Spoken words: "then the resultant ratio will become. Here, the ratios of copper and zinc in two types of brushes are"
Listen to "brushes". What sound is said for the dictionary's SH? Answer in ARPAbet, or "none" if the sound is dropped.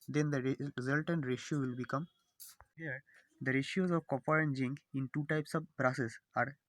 S